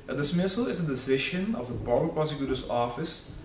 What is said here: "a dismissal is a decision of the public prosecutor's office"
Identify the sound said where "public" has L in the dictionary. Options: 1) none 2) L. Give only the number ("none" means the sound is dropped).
1